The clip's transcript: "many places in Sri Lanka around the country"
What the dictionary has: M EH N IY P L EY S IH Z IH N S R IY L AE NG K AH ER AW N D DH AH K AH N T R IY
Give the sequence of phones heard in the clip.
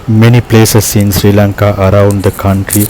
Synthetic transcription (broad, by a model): M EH N IY P L EY S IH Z IH N S R IY L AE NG K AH ER AW N D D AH K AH N T R IY